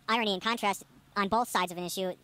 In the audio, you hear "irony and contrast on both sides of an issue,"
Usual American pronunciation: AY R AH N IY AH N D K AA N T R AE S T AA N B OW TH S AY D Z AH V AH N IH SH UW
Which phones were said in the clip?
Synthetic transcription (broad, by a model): AY R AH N IY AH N K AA N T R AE S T N B OW TH S AY D Z AH V AH N IH SH UW